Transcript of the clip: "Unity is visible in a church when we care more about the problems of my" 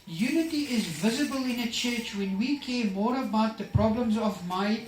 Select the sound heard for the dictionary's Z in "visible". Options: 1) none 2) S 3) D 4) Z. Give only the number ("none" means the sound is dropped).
4